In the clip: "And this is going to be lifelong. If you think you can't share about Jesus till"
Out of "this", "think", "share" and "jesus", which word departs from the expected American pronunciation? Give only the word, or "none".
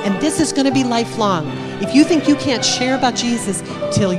none